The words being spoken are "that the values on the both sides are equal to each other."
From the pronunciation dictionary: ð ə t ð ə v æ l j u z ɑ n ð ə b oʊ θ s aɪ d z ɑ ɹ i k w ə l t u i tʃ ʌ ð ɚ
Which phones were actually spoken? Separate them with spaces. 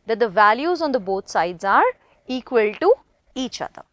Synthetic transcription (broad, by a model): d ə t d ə v æ l j u z ɑ n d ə b oʊ t s aɪ d z ɑ ɹ i k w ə l t u i tʃ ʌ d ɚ